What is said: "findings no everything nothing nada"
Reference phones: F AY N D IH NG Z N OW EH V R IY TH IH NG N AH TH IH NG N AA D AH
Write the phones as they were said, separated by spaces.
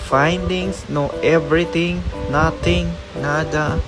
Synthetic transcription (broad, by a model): F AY N D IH NG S N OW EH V R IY T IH NG N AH T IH NG N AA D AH